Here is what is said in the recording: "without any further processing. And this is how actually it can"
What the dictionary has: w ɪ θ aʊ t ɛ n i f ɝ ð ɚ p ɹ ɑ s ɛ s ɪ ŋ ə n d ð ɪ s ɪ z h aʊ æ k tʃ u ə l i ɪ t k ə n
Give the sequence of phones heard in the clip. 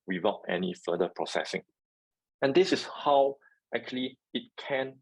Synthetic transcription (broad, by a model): w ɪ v aʊ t ɛ n i f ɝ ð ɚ p ɹ ɑ s ɛ s ɪ ŋ ə n d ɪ s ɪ s h aʊ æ k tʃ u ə l i ɪ t k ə n